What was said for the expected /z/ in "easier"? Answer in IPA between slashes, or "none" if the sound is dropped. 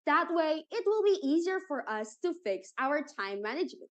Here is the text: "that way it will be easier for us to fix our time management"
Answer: /z/